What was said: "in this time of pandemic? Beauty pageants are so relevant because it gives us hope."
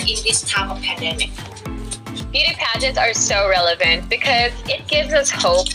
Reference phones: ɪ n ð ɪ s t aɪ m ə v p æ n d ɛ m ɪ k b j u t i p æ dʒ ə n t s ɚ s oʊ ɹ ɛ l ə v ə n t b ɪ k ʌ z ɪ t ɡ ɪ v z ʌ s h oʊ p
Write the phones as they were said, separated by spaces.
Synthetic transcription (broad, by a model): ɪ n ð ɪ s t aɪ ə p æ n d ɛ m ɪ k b j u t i p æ dʒ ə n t s ɚ s oʊ ɹ ɛ l ə v ə n t b ɪ k ʌ z ɪ t ɡ ɪ v z ʌ s h oʊ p